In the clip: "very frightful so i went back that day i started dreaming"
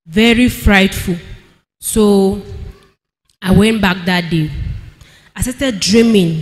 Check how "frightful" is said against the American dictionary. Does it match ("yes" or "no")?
yes